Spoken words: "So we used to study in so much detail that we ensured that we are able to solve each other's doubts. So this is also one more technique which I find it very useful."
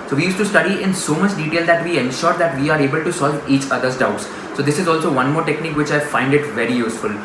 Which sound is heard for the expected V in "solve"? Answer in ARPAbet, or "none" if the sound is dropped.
V